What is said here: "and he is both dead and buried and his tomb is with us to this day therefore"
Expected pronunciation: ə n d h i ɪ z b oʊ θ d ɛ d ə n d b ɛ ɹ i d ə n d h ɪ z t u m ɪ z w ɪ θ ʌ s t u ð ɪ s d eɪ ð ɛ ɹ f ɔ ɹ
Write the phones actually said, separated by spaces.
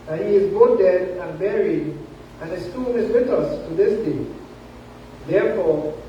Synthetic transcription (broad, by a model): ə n h i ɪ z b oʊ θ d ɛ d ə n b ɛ ɹ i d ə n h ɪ s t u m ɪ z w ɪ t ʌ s t u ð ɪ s d eɪ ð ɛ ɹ f ɔ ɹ